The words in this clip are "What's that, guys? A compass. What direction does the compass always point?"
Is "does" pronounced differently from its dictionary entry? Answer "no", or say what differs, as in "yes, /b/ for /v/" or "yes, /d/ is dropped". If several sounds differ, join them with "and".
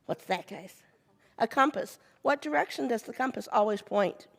no